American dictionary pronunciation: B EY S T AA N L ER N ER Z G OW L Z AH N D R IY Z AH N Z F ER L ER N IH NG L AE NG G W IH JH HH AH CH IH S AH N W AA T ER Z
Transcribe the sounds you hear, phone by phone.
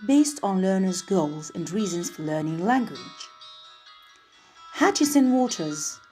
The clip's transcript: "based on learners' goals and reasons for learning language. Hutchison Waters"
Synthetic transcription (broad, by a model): B EY S T N L ER N ER Z G OW L Z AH N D R IY Z AH N Z F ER L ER N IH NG L AE NG G W IH JH HH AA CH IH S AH N W AA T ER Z